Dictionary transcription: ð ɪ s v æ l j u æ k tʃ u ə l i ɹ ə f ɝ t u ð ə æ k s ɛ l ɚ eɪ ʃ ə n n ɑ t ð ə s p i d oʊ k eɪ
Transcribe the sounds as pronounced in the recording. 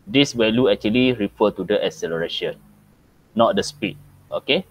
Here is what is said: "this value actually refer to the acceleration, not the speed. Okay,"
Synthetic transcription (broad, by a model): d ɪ s w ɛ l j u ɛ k tʃ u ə l i ɹ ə f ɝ t u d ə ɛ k s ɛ l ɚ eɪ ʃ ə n n ɑ t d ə s p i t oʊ k eɪ